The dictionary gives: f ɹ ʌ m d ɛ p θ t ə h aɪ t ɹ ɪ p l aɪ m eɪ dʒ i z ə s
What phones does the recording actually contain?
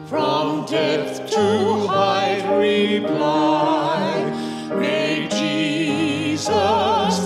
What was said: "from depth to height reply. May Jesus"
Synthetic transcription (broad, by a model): f ɹ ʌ m d ɛ θ t ə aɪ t ɹ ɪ p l aɪ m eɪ dʒ i z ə s